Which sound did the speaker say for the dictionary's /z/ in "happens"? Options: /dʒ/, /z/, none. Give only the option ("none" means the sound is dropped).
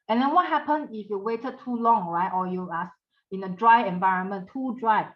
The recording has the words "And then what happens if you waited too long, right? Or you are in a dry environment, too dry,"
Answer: none